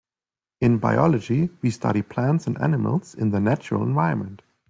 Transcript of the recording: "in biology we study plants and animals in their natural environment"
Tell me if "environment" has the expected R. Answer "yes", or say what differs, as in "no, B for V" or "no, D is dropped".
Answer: no, R is dropped